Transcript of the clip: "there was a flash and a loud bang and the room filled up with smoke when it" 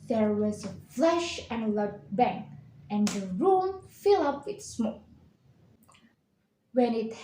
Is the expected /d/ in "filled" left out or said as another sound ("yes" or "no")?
yes